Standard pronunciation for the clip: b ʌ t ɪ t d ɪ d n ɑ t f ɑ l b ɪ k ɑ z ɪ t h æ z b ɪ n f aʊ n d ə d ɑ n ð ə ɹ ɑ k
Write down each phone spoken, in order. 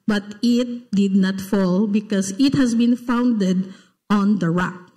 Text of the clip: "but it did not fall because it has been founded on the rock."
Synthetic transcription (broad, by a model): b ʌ t ɪ t d ɪ d n ɑ t f ɑ l b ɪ k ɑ s ɪ t h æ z b ɪ n f aʊ n d ə d ɑ n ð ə ɹ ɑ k